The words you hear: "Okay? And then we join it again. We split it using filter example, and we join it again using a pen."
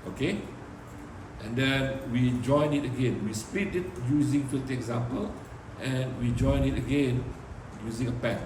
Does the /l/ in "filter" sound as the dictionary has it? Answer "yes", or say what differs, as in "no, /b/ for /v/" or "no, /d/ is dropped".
no, /l/ is dropped